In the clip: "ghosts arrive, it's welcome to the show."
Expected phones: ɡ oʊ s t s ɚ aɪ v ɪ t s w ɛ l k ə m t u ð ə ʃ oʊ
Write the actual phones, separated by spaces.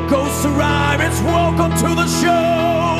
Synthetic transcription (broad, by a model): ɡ oʊ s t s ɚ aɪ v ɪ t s w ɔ k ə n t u ð ə ʃ oʊ